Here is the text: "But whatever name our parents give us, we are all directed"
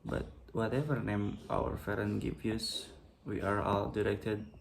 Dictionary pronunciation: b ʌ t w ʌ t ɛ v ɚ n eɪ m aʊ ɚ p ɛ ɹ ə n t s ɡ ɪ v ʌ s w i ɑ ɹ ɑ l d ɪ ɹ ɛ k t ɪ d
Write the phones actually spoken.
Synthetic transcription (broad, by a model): b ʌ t w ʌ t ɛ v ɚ n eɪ m aʊ ɚ f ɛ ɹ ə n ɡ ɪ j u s w i ɑ ɹ ɑ l d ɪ ɹ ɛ k t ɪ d